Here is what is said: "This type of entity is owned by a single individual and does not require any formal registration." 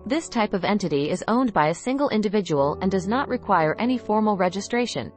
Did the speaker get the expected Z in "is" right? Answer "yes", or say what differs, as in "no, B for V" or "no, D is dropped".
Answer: yes